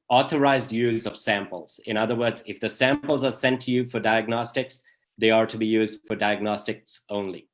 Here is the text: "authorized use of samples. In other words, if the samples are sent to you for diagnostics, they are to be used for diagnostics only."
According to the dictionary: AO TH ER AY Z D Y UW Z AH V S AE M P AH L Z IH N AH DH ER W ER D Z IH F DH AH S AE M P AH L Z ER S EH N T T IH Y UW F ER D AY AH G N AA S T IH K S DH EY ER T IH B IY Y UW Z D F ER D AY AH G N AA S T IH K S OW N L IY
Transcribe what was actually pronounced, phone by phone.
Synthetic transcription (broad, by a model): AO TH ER AY Z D Y UW Z AH V S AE M P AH L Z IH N AH DH ER W ER D Z IH F DH AH S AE M P L Z ER S EH N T T IH Y UW F ER D AY AH G N AA S T IH K S DH EY ER T IH B IY Y UW Z D F ER D AY AH G N AA S T IH K S OW N L IY